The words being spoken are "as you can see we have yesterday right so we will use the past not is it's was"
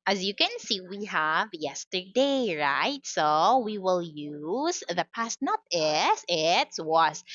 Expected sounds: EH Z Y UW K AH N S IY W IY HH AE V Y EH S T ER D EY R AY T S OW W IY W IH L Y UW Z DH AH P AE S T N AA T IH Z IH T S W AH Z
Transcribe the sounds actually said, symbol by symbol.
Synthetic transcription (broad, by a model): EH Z Y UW K AH N S IY W IY HH AE V Y EH S T ER D EY R AY T S OW W IY W IH L Y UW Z DH AH P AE S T N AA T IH S IH T S W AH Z